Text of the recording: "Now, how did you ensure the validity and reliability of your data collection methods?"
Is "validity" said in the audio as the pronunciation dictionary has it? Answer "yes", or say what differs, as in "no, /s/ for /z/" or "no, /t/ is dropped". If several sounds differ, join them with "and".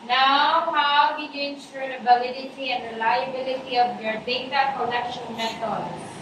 no, /b/ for /v/